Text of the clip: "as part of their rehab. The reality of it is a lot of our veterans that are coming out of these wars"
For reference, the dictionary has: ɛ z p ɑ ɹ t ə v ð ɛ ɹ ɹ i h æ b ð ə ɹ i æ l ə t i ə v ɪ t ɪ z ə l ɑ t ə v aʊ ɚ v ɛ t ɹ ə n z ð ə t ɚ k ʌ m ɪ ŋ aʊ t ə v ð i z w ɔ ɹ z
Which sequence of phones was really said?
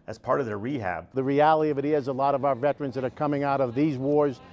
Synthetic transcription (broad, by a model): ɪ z p ɑ ɹ t ə v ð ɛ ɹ ɹ i h æ b ð ə ɹ i æ l ə t i ə v ɪ t ɪ z ə l ɑ t ə v aʊ ɚ v ɛ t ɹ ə n z ð ə t ɚ k ʌ m ɪ ŋ aʊ t ə v ð i z w ɔ ɹ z